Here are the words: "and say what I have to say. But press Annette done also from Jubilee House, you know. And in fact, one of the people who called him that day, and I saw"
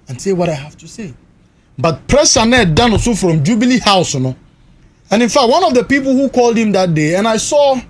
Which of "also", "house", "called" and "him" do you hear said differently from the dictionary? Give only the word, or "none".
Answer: also